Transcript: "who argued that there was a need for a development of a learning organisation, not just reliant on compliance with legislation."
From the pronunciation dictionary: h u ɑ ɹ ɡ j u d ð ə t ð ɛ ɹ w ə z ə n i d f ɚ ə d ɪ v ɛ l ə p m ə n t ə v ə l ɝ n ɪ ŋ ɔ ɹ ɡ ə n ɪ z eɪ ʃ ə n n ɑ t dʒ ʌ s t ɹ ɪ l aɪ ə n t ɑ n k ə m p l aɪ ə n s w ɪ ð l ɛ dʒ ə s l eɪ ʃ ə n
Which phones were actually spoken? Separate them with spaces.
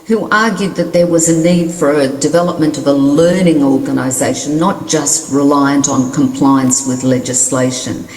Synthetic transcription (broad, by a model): h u ɑ ɹ ɡ j u d ð ə t ð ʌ ɹ w ə z ə n i d f ɚ ə d ɪ v ɛ l ə p m ə n t ə v ə l ɝ n ɪ ŋ ɔ ɹ ɡ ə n ɪ z eɪ ə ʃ n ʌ t dʒ ʌ s t ɹ ɪ l aɪ ə n t n k ə m p l aɪ ə n s w ɪ ð l ɛ dʒ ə s l eɪ ʃ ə n